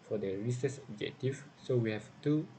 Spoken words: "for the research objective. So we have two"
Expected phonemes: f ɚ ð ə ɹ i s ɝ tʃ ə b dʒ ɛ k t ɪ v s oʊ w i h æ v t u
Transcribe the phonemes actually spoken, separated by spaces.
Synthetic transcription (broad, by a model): f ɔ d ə ɹ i s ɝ s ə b dʒ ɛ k t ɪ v s oʊ w i h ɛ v t u